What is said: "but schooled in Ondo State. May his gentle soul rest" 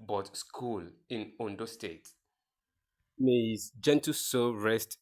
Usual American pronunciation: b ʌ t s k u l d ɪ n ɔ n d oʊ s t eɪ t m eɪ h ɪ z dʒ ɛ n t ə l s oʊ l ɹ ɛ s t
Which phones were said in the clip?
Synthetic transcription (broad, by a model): b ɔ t s k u l ɪ n ɔ n d oʊ s t eɪ t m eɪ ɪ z dʒ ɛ n t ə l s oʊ ɹ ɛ s t